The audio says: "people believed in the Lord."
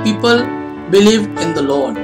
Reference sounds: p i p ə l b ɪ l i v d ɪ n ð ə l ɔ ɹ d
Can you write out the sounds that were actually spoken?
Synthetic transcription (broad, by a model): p i p ə l b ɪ l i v ɪ n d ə l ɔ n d